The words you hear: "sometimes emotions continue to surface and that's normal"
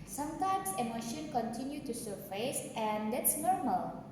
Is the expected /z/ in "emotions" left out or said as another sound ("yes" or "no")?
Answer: yes